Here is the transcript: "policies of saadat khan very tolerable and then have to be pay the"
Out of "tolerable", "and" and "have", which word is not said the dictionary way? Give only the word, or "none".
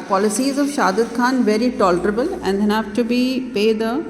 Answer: have